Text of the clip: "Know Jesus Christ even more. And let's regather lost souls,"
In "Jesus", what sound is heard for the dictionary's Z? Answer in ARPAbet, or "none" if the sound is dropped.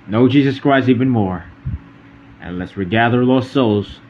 Z